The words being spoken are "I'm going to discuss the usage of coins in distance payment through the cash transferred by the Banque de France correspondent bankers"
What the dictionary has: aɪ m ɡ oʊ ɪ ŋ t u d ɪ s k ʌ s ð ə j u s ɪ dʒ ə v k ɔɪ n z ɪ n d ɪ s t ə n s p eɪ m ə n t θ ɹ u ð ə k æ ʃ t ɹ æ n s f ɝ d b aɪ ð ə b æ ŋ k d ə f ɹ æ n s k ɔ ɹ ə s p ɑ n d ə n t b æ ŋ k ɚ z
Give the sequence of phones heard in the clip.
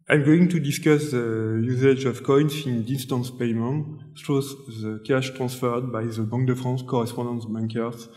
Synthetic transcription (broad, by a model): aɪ m ɡ oʊ ɪ ŋ t u d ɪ s k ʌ s ð ə j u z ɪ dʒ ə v k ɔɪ n s ɪ n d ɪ s t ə n s p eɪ m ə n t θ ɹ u ð ə k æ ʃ t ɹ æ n s f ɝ d b aɪ ð ə b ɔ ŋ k d ə f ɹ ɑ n s k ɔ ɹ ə s p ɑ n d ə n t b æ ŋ k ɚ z